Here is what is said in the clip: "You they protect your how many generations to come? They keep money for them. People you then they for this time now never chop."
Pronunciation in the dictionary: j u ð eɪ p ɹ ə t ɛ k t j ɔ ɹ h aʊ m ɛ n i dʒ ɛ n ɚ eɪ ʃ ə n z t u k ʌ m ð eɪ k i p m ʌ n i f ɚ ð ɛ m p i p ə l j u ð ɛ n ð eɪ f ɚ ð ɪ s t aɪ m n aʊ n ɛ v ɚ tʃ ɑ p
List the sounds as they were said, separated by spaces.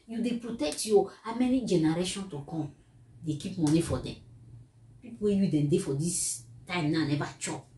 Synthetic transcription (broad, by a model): j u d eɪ p ɹ ə t ɛ k t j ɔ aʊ m ɛ n i dʒ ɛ n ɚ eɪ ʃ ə n t u k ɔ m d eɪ k i p m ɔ n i f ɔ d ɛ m p i p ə w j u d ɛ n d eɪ f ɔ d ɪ s t aɪ m n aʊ n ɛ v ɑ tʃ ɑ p